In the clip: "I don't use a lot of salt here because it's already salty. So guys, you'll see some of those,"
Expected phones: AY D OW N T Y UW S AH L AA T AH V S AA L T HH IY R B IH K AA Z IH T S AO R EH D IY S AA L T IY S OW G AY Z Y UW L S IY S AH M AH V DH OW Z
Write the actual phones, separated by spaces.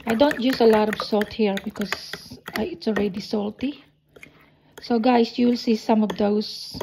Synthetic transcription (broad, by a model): AY D OW N T Y UW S AH L AA T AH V S AA L T HH IY R B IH K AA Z IH T S AO R EH D IY S AA L T IY S OW G AY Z Y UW L S IY S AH M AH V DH OW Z